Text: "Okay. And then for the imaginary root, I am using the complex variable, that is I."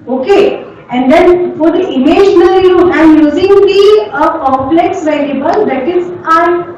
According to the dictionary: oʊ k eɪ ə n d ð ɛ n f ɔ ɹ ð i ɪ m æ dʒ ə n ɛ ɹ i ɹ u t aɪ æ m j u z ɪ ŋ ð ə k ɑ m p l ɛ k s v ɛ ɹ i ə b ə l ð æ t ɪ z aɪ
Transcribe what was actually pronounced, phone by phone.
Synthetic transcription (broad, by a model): oʊ k eɪ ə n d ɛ n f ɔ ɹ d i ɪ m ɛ ʃ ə n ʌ l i ɹ u t aɪ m j u z ɪ ŋ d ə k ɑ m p l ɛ k s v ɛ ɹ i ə b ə l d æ t ɪ z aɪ